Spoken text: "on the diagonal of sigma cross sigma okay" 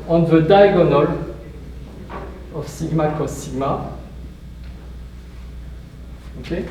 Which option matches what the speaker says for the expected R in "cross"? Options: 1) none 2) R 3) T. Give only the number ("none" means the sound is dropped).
1